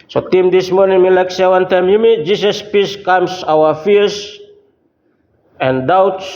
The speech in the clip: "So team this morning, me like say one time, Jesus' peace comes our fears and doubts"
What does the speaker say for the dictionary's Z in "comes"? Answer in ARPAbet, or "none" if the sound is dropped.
S